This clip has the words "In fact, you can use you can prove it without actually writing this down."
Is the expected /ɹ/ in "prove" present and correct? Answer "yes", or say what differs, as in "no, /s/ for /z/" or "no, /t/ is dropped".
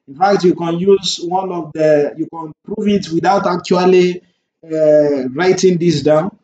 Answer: yes